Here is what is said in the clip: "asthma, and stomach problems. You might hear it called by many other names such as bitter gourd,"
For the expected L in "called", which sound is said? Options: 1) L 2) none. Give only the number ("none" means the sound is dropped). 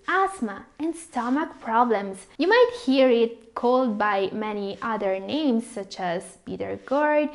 1